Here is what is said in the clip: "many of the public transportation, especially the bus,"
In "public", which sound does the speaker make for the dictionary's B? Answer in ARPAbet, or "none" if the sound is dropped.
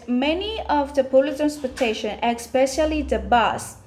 none